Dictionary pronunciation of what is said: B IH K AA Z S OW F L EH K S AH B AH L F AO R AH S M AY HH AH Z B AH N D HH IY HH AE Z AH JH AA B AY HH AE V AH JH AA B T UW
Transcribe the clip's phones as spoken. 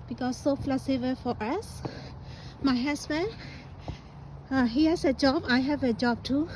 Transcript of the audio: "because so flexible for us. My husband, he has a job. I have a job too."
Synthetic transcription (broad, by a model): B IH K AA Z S OW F L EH S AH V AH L F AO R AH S M AY HH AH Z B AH N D HH IY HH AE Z AH JH AA B AY HH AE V AH JH AA B T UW